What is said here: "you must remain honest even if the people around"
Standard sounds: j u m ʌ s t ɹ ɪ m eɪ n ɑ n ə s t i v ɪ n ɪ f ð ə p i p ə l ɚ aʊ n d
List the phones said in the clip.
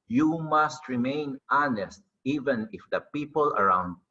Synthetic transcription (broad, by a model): j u m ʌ s t ɹ ɪ m eɪ n ɑ n ə s t i v ɪ n ɪ f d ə p i p ə l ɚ aʊ n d